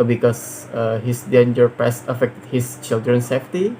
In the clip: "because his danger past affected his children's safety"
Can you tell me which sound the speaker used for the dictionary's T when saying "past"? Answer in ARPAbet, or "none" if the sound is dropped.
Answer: none